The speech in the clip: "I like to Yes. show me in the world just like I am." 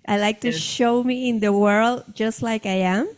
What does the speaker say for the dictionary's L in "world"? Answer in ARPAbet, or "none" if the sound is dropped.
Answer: L